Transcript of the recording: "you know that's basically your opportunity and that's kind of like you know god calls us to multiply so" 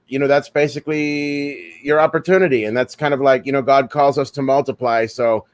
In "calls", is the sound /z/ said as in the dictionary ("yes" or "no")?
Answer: yes